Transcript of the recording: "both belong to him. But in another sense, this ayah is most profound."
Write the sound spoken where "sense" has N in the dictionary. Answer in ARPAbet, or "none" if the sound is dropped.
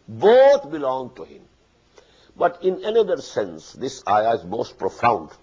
N